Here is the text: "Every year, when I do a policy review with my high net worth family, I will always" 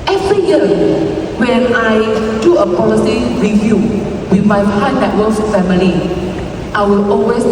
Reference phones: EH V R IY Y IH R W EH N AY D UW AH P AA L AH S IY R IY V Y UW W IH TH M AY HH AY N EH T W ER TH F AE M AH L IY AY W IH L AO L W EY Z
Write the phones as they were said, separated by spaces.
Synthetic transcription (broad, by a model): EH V R IY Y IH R W EH N AY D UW AH P AA L AH S IY R IY V Y UW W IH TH M AY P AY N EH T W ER F F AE M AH L IY AY W IH L AO L W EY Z